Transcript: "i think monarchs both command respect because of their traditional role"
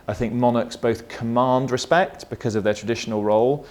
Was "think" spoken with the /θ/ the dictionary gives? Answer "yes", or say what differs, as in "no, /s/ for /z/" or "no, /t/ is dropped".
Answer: yes